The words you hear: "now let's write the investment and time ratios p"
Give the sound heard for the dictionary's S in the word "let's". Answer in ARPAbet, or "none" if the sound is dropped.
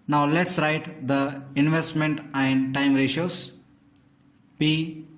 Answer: S